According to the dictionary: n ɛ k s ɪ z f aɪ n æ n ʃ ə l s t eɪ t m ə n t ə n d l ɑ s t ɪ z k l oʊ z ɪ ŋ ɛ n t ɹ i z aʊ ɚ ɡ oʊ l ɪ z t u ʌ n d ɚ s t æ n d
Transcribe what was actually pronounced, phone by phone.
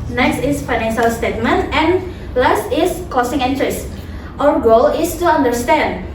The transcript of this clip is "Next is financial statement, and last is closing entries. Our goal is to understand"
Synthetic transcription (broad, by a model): n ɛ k s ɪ s f aɪ n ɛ n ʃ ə l s t eɪ t m ə n t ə n l ɑ s t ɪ s k oʊ s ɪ ŋ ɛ n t ɹ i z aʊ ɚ ɡ oʊ l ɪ s t u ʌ n d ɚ s t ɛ n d